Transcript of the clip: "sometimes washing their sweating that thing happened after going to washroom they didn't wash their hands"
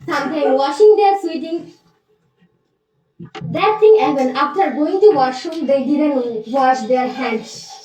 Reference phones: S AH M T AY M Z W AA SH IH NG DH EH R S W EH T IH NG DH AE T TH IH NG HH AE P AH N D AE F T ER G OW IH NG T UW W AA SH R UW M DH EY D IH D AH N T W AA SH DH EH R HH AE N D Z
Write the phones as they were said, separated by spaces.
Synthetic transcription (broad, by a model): S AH M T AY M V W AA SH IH NG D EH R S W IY T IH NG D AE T T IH NG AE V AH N AE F T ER G OW IH NG T UW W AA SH UW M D EY D IH D AH N T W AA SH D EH R HH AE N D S